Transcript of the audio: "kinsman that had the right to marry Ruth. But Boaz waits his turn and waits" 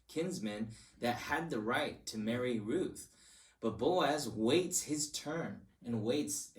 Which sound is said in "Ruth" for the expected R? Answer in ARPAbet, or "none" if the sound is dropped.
R